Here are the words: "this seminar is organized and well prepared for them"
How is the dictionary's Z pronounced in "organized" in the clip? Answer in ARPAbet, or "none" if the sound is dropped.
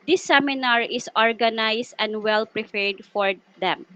S